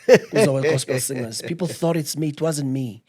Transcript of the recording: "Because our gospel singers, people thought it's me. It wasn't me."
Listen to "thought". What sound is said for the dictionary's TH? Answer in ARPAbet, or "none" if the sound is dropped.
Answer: TH